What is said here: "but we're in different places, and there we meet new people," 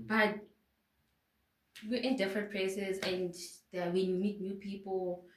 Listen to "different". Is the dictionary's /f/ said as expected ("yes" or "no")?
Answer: yes